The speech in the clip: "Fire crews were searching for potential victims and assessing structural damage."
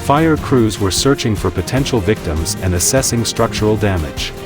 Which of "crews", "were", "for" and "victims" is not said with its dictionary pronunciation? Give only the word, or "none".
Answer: none